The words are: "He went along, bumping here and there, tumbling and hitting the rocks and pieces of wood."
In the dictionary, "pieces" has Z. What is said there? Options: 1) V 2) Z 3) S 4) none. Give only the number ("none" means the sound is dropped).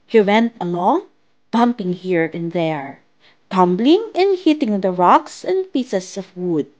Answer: 3